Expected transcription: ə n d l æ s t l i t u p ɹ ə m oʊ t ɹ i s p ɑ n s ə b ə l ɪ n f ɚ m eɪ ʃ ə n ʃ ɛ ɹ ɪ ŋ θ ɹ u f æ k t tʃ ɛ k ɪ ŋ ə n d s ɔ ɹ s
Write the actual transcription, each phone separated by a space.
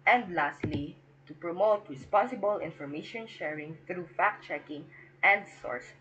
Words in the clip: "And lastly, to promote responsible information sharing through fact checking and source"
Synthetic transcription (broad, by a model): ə n d l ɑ s t l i t u p ɹ ə m oʊ t w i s p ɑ s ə b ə l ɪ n f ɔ m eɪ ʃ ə n ʃ ɛ ɹ ɪ ŋ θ ɹ u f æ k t tʃ ɛ k ɪ ŋ ə n d s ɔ ɹ s